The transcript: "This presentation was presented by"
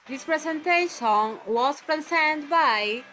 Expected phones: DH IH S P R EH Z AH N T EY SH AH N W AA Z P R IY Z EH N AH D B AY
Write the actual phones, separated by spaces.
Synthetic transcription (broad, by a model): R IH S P R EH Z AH N T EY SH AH N W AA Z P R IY S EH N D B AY